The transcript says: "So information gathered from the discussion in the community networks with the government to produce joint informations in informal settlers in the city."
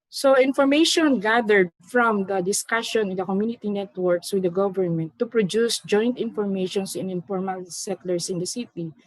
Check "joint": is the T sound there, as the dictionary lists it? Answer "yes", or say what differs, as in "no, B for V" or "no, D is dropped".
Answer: yes